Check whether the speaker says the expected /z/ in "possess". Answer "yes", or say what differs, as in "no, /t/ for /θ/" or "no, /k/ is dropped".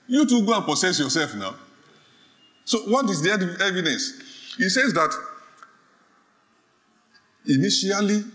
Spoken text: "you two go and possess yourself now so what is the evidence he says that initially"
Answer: no, /s/ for /z/